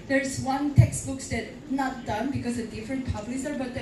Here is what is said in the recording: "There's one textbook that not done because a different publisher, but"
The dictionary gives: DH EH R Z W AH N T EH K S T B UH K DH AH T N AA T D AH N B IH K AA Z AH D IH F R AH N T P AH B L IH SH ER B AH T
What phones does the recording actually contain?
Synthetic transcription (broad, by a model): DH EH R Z W AH N T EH K S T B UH K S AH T N AA T D AH N B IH K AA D AH D IH F R AH N T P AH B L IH S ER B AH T